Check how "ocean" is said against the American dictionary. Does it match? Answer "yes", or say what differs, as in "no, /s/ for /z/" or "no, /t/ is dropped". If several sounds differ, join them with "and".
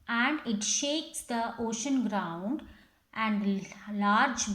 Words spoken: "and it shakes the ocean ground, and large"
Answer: yes